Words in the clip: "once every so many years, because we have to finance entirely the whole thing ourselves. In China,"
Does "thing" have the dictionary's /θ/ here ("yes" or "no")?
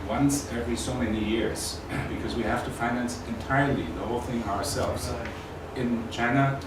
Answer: yes